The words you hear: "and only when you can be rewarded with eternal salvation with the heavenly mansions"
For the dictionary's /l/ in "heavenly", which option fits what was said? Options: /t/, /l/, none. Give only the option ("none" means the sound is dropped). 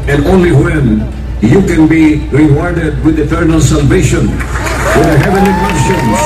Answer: none